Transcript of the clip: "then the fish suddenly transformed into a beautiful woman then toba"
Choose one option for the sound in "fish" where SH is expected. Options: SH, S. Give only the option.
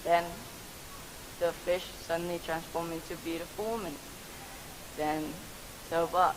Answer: SH